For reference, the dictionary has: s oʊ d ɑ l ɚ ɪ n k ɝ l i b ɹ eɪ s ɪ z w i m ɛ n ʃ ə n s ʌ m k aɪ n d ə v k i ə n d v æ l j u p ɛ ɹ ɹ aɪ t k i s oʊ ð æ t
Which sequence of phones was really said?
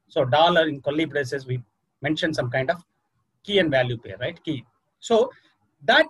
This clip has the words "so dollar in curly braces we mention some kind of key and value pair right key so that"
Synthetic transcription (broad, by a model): s oʊ d ɑ l ɚ ɪ n k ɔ l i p ɹ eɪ s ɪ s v i m ɛ n ʃ ə n s ʌ m k aɪ n d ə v k i ə n d v æ l j u p ɛ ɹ ɹ aɪ t k i s oʊ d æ t